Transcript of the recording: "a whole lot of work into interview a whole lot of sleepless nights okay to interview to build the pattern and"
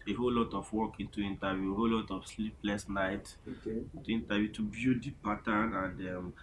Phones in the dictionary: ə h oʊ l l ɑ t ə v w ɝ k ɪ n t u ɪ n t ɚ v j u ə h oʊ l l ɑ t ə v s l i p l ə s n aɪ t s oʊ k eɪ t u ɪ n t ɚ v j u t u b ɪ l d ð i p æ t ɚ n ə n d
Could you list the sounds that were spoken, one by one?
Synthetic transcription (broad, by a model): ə h oʊ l l ɑ t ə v w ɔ k ɪ n t u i n t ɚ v j u ə h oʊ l l ɑ t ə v s l i p l ə s n aɪ t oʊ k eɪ t u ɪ n t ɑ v j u t u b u d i p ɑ t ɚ n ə n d